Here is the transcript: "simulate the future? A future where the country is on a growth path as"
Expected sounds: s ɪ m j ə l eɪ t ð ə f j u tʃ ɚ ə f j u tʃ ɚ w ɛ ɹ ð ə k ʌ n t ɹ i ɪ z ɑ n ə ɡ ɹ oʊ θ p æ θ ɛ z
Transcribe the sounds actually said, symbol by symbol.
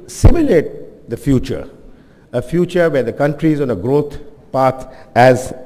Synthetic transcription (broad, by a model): s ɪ m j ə l eɪ t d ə f j u tʃ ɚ ə f j u tʃ ɚ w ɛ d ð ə k ʌ n t ɹ i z ɑ n ə ɡ ɹ oʊ t p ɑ t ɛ z